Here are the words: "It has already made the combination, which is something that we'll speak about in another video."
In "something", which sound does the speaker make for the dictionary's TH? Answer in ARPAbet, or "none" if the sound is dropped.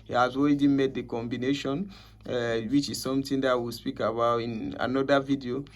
T